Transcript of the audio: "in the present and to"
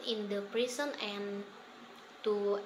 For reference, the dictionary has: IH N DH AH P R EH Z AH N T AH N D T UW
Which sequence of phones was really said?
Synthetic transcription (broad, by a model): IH N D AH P R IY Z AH N AH N T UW